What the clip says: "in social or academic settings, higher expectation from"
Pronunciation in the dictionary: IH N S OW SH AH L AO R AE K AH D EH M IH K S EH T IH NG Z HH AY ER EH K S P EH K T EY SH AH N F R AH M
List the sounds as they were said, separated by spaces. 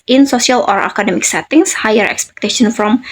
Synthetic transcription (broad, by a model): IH N S OW S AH L AO R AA K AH D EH M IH K S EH T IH NG S HH AY ER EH K S P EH K T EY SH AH N F R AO M